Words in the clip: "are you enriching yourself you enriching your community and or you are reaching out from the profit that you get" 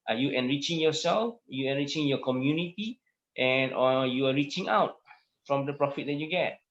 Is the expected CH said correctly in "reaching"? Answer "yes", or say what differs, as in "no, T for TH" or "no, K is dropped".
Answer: yes